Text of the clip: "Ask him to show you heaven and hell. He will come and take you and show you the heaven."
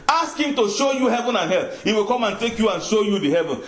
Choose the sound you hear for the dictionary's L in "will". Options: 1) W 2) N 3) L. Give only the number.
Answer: 3